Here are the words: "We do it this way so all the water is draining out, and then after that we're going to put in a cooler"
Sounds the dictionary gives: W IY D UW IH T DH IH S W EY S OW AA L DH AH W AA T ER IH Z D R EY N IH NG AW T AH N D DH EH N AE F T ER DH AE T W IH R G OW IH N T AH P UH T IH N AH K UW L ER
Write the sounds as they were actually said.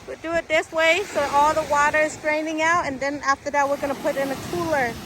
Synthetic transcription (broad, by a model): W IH D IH IH T DH IH S W EY S OW AA L DH AH W AA T ER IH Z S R EY N IH NG AW T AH N DH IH N AE F T ER DH AE T W IH R G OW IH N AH P UH T IH N AH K UW L ER